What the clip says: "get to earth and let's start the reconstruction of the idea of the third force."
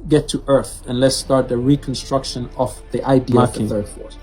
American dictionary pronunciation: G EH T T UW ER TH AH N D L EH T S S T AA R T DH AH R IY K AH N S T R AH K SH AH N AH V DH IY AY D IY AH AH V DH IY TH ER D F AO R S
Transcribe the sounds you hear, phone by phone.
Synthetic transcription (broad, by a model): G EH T T UW ER TH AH N L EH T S S T AA R T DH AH R IY K AH N S T R AH K SH AH N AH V DH IY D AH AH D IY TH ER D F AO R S